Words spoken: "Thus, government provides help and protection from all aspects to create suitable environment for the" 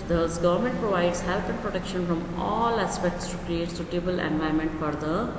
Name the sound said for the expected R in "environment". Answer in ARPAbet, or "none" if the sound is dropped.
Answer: none